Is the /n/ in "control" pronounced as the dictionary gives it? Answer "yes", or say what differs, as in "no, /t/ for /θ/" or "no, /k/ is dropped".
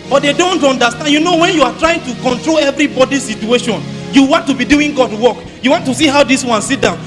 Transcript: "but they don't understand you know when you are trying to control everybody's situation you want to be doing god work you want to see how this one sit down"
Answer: yes